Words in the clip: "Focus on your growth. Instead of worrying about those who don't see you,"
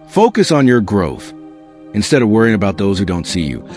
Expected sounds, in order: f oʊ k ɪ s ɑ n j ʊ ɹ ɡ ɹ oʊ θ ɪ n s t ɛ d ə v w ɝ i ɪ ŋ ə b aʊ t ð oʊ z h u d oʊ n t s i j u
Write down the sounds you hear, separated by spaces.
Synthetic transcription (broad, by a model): f oʊ k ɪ s n j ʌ ɹ ɡ ɹ oʊ θ ɪ n s t ɛ d ə v w ɝ i ɪ ŋ ə b aʊ t ð oʊ z h u d oʊ n t s i j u